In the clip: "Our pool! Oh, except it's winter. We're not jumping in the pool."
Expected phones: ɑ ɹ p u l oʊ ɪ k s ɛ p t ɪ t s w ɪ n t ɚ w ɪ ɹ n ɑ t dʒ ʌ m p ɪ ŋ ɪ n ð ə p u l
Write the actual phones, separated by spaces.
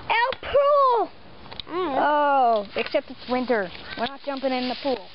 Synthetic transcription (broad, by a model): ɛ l p u l oʊ ɪ k s ɛ p t ɪ t s w ɪ n t ɚ w ɪ ɹ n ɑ t dʒ ʌ m p ɪ ŋ ɪ n ð ə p u l